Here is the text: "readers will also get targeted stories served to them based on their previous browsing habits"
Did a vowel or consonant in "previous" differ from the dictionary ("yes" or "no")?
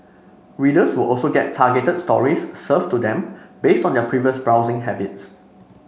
no